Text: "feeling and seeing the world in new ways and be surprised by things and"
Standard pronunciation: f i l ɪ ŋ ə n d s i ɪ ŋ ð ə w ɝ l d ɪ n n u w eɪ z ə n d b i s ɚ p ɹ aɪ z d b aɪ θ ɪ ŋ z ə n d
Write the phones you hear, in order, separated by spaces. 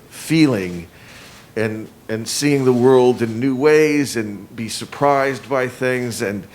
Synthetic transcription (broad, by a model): f i l ɪ ŋ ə n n s i ɪ ŋ ð ə w ɝ l d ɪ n n u w eɪ z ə n b i s ɚ p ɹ aɪ z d b aɪ θ ɪ ŋ z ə n